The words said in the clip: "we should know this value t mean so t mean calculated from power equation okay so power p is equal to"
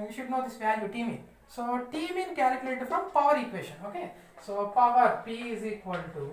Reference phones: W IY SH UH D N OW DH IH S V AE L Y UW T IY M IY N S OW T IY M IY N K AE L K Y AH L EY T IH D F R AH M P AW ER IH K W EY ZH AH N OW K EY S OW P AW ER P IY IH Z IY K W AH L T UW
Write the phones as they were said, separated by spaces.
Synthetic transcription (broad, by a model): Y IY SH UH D N OW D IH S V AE N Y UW T IY M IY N S OW T IY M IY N K AE L K Y AH L EY T IH D F R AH M P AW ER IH K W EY SH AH N OW K EY S OW P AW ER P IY IH Z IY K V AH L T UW